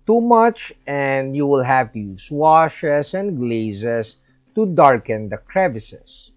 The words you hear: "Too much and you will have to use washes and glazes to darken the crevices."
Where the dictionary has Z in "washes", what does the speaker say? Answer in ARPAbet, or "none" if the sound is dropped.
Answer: S